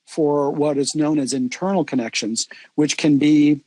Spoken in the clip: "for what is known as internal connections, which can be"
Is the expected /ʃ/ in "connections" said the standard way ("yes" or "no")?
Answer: yes